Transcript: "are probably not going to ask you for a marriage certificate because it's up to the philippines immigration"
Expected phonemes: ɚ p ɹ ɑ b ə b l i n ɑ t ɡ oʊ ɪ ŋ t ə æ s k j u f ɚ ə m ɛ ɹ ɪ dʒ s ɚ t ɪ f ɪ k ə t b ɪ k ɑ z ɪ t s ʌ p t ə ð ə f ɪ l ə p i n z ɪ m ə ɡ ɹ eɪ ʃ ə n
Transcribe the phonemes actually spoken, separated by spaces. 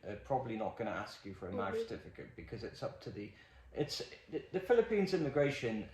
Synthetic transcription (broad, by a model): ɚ p ɹ ɑ b ə b l i n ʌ t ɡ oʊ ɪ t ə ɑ s k j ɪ f ɚ ə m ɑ ɪ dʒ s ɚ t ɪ f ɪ k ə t b ɪ k ɑ z ɪ t s ʌ p t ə ð ə f ɪ l ə p i n z ɪ m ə ɡ ɹ eɪ ʃ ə n